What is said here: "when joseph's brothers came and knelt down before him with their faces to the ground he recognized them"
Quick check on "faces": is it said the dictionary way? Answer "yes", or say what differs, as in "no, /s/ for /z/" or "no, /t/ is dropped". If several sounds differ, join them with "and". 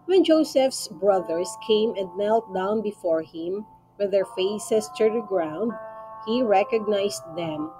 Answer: no, /s/ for /z/